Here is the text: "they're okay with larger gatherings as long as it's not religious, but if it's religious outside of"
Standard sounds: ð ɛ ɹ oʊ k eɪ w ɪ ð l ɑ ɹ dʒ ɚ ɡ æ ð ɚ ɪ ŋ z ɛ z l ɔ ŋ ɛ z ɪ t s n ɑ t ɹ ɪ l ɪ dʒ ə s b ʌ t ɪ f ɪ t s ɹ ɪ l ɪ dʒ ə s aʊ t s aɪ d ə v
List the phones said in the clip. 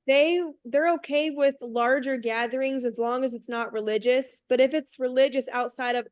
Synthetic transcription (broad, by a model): ð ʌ ɹ oʊ k eɪ w ɪ ð l ɑ ɹ dʒ ɚ ɡ æ ð ɚ ɪ ŋ z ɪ z l ɔ ŋ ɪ z ɪ t s n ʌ t ɹ ɪ l ɪ dʒ ə s b ʌ t ɪ f ɪ t s ɹ ɪ l ɪ dʒ ə s aʊ t s aɪ d ə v